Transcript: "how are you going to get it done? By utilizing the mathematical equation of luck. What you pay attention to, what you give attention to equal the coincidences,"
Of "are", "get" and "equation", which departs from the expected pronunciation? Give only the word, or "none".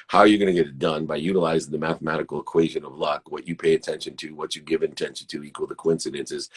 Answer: none